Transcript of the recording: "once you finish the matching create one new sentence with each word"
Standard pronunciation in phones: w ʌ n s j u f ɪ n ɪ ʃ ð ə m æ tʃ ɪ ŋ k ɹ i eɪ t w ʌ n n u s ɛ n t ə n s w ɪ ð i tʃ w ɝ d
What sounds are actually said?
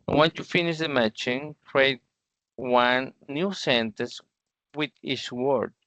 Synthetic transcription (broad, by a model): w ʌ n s j u f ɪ n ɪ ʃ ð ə m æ tʃ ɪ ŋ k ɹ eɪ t w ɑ n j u s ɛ n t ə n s w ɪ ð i s w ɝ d